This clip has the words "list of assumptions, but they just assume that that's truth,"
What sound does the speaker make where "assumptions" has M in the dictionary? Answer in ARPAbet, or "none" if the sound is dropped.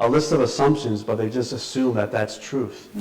M